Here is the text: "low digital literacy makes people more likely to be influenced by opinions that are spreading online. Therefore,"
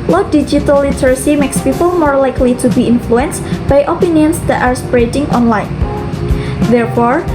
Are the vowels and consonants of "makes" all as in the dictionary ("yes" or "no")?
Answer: yes